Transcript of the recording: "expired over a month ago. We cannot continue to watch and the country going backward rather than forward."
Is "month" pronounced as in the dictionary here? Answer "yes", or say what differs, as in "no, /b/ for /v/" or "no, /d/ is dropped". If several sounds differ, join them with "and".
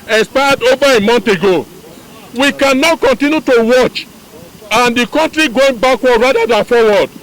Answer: no, /t/ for /θ/